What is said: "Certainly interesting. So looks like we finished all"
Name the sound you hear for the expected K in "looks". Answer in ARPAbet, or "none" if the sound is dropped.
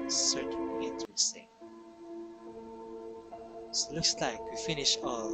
K